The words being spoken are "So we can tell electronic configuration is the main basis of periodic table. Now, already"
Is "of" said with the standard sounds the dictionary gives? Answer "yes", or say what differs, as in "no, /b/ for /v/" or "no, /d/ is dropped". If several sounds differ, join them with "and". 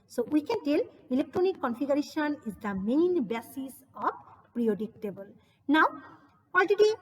no, /b/ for /v/